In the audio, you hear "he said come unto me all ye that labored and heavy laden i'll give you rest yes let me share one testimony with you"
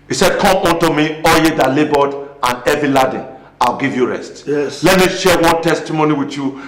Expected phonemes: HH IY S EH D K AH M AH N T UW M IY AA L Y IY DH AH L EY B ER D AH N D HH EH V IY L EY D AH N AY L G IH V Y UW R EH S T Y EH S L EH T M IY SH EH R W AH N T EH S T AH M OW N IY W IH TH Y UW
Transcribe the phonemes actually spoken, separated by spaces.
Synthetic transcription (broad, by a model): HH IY S EH D K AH M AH N T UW M IY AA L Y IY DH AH L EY B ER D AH N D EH V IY L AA D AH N AY L G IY V Y UW R EH S T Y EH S L EH T M IY SH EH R W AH N T EH S T AH M OW N IY W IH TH Y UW